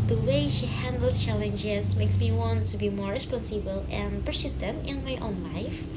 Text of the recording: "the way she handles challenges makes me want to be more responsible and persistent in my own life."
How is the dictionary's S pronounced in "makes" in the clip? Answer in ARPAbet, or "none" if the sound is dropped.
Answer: S